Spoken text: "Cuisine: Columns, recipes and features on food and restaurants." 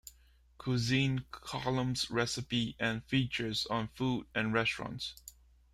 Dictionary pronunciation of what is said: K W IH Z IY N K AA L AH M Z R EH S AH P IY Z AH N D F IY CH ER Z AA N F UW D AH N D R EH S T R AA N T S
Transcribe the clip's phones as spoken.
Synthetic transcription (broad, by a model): K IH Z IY N K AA L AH M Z R EH S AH P IY AH N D F IY CH ER Z AA N F UW D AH N R EH S T R AA N T S